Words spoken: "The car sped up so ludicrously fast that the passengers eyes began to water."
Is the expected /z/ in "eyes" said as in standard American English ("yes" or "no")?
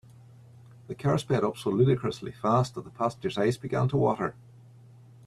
no